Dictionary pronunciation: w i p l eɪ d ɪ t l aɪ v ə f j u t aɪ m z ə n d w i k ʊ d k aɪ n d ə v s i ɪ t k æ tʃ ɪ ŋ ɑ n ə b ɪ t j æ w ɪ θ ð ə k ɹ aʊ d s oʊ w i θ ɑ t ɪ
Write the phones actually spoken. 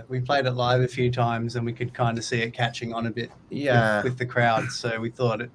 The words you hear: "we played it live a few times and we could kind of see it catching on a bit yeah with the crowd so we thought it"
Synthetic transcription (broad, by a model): w i p l eɪ d ɪ t l aɪ v ə f j u t aɪ m z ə n w i k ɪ d k aɪ n d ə s i ɪ t k æ tʃ ɪ ŋ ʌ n ə b ɪ t j æ w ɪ ð ə k ɹ aʊ d s oʊ w i θ ɑ t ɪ